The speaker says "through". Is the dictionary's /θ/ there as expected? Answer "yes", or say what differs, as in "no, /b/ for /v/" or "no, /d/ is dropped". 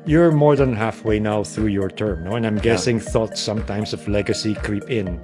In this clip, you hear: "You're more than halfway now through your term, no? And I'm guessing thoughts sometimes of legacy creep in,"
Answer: yes